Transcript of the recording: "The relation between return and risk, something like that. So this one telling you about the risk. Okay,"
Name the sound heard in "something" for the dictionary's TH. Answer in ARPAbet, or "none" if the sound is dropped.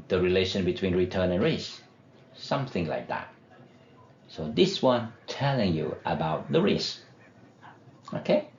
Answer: TH